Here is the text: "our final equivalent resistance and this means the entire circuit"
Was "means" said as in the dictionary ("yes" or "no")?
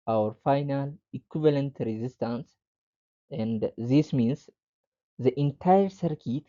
no